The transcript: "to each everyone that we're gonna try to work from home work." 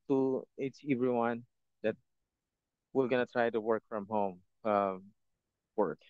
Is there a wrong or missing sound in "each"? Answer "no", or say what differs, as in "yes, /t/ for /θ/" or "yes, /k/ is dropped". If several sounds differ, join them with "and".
yes, /s/ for /tʃ/